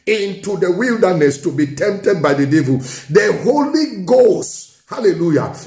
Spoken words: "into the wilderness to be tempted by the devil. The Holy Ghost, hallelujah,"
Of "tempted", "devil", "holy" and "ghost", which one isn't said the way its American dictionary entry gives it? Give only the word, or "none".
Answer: none